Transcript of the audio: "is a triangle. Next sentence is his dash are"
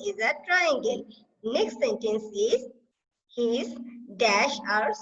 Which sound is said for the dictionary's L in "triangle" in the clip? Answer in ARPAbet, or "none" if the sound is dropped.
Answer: N